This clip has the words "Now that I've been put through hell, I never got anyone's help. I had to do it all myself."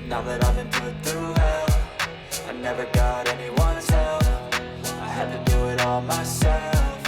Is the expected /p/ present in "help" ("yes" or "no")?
no